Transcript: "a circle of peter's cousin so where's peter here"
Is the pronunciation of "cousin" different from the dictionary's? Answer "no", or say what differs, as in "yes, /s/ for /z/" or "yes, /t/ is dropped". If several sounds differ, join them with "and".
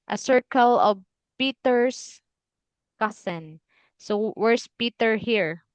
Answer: yes, /s/ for /z/